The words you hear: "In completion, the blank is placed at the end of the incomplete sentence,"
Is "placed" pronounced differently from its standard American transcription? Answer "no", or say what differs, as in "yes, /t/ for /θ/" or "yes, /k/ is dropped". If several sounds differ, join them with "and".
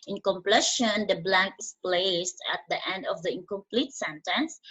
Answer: no